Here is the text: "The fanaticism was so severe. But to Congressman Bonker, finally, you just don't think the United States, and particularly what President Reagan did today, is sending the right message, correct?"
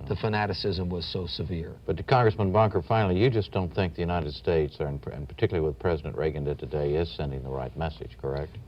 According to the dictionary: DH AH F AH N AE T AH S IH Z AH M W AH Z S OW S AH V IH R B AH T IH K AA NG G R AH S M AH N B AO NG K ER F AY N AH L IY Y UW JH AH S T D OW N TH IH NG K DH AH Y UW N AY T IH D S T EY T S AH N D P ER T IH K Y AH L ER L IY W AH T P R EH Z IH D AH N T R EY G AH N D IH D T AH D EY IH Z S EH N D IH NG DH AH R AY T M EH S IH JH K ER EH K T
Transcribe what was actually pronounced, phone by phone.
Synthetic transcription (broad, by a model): DH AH F AH N AE T AH S IH Z AH M W AH Z S OW S AH V IH R B AH T IH K AA NG G R AH S M AH N B AO NG K ER F AY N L IY Y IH JH AH S D OW N TH IH NG K DH AH Y UW N AY T IH D S T EY T S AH N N P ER T IH K Y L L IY W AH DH P R EH Z IH D AH N T R EY G AH N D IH T AH D EY IH Z S EH N D IH NG DH AH R AY T M EH S IH JH K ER EH K T